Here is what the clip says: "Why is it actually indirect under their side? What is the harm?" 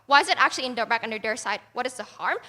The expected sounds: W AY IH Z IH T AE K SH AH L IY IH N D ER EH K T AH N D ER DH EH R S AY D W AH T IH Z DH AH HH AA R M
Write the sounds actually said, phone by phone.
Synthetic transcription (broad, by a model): W AY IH Z IH T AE K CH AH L IY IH N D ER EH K AH N D ER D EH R S AY D W AH T IH Z DH AH HH AA R M